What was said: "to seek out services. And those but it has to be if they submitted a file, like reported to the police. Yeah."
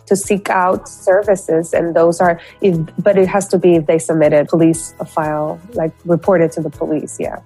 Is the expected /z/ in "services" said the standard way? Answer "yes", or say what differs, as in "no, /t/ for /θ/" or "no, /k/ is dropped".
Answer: yes